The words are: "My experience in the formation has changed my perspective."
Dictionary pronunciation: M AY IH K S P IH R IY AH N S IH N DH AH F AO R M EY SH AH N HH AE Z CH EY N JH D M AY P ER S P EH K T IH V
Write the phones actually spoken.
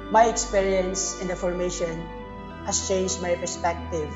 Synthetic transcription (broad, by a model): M AY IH K S P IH R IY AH N S IH N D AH F AO R M EY SH AH N HH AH S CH EY N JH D M AY P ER S P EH K T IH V